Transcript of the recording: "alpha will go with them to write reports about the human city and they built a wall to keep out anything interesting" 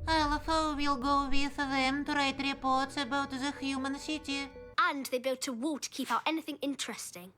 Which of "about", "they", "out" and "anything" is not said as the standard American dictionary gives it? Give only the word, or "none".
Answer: none